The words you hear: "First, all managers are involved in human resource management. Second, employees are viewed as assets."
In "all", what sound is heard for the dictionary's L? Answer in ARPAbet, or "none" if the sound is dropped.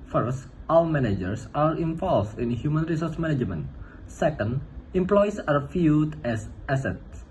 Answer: W